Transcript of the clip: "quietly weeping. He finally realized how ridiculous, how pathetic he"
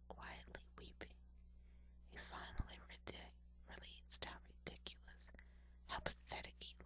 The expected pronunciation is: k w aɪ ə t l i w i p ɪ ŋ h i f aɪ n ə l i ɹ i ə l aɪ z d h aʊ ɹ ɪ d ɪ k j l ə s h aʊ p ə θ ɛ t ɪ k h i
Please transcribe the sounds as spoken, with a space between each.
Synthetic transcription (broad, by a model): k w aɪ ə t l i w i p ɪ ŋ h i f aɪ n l i ɹ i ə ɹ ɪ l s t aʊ ɹ ɪ d ɪ k j l ə s h aʊ p ə θ ɛ t ɪ k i